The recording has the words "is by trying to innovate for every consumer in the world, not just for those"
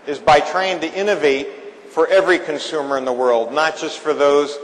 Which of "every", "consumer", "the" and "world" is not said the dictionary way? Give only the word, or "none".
none